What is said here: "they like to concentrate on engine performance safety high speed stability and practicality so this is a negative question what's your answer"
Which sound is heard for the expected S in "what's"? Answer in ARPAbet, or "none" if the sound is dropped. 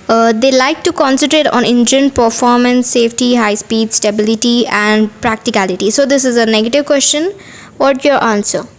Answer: none